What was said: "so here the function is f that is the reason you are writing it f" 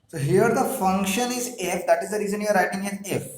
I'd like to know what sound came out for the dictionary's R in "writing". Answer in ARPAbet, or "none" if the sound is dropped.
R